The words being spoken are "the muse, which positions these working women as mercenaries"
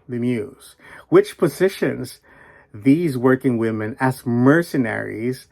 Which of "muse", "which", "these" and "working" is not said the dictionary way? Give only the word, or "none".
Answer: none